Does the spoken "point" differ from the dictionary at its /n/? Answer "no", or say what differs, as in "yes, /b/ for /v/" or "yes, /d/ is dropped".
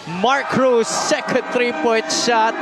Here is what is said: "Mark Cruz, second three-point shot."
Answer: yes, /n/ is dropped